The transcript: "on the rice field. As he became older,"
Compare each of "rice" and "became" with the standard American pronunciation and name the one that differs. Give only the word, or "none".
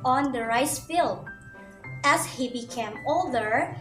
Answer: none